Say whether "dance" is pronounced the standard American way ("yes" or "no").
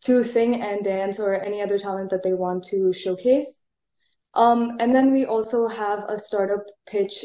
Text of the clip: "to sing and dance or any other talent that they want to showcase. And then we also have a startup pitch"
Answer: yes